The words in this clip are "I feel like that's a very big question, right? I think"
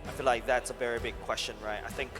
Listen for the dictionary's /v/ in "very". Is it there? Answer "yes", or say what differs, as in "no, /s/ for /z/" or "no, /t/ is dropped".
yes